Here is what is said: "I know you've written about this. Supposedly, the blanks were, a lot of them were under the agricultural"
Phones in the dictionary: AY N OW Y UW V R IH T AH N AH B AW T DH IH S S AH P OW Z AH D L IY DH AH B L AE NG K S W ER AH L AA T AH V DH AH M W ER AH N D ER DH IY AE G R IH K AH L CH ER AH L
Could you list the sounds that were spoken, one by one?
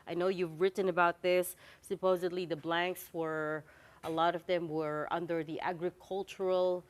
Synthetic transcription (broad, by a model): AY N OW Y UW V R IH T N AH B AW T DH IH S S AH P OW Z AH D L IY DH AH B L AE NG K S W ER AH L AA T AH V DH AH M W ER AH N D ER DH IY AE G R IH K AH L CH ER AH L